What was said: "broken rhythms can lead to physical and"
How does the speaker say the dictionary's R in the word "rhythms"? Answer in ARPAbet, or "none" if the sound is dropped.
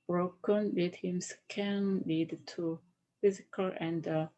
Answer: L